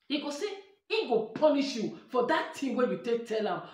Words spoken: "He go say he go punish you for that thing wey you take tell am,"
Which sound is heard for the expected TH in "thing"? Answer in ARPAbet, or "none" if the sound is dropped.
T